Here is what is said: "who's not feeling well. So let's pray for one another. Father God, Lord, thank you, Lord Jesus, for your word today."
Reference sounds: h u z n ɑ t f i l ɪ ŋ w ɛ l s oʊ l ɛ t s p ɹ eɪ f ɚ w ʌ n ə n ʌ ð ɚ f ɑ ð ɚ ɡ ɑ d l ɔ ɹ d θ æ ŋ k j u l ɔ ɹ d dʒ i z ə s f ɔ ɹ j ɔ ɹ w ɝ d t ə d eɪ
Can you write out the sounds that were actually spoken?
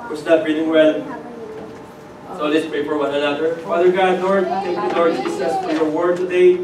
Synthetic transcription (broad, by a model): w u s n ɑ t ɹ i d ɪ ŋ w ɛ n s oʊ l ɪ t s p eɪ p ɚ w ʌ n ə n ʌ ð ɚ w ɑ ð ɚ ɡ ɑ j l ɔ ɹ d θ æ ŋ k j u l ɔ ɹ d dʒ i s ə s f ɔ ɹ j ɔ ɹ w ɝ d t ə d eɪ